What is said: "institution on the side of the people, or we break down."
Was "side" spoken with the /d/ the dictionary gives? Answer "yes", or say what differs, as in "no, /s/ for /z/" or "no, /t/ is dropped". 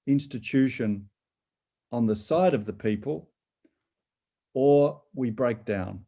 yes